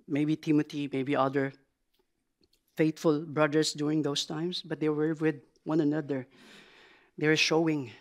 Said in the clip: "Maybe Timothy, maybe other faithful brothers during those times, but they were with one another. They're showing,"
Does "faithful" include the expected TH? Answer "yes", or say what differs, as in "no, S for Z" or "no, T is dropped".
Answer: no, T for TH